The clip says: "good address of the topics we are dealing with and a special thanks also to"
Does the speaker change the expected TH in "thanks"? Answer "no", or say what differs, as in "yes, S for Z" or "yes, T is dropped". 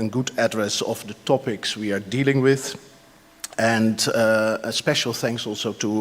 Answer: no